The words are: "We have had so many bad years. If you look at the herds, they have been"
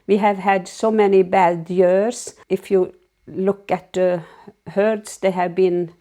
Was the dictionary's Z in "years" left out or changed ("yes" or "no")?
yes